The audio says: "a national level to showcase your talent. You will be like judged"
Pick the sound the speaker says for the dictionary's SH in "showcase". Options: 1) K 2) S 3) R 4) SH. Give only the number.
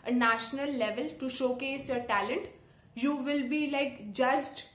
4